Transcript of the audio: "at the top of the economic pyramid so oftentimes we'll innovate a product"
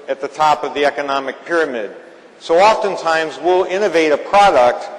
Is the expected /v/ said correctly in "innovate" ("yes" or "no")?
yes